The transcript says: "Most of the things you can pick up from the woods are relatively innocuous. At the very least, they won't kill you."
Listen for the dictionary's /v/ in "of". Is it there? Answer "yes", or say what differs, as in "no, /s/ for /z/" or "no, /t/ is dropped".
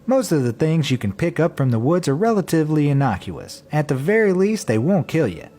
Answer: yes